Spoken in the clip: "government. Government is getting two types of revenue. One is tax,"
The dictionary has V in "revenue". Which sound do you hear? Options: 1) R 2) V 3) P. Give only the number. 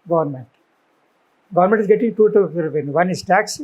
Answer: 3